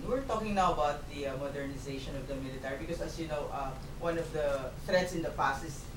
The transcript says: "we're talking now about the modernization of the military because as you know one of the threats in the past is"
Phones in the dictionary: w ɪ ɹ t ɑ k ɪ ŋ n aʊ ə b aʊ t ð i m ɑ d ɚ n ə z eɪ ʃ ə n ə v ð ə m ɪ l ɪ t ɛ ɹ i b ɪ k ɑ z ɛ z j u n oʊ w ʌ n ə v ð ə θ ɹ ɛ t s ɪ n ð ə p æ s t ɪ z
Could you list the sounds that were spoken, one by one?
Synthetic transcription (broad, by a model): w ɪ ɹ t ɑ k ɪ ŋ n aʊ ə b aʊ t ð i m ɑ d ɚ n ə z eɪ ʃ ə n ə v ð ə m ɪ l ɪ t ɛ ɹ i b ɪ k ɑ s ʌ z j u n oʊ w ʌ n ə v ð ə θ ɹ ɛ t s ɪ n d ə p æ s ɪ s